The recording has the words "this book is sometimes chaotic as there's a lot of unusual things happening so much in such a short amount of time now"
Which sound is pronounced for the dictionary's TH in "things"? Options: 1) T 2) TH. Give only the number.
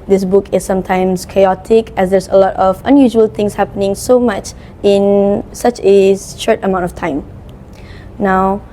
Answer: 1